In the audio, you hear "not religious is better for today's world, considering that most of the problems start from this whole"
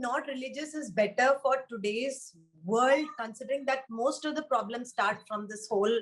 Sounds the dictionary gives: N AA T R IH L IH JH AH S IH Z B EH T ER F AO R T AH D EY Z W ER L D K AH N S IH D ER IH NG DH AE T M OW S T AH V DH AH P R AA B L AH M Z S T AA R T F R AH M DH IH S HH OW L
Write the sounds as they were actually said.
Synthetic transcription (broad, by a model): N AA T R IH L IH JH AH S IH Z B EH T ER F AO R T AH D EY Z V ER L D K AH N S IH D ER IH NG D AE T M OW S T AH V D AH P R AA B L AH M S T AA R T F R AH M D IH S HH OW L